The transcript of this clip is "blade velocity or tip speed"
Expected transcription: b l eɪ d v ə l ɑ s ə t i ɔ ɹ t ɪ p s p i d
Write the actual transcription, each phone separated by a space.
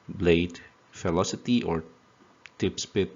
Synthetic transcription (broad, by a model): b l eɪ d f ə l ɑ s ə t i ɔ ɹ t ɪ p s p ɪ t